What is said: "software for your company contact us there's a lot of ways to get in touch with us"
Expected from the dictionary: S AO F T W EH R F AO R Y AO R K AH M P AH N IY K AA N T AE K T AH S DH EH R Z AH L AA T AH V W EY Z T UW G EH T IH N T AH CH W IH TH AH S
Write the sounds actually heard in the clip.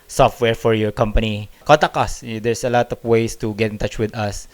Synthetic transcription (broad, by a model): S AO F T W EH R F AO R Y AO R K AH M P AH N IY K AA T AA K AH S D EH R S AH L AA T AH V W EY S T UW G EH T IH N T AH CH W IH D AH S